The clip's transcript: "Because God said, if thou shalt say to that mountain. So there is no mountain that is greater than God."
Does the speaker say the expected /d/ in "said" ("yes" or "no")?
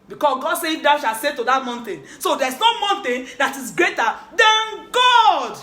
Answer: no